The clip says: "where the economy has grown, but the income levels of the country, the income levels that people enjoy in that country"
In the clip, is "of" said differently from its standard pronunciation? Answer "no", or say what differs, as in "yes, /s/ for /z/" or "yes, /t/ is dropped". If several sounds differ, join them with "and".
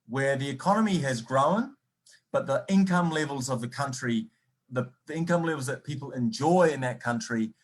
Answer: no